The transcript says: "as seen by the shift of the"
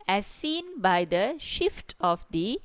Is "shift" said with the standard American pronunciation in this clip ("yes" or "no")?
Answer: yes